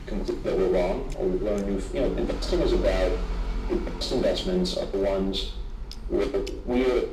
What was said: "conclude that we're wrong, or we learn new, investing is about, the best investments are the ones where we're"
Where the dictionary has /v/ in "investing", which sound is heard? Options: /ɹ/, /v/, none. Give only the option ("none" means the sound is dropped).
none